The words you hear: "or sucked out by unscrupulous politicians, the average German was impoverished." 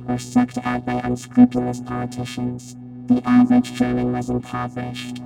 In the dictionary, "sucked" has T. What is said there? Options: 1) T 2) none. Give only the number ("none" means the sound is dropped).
1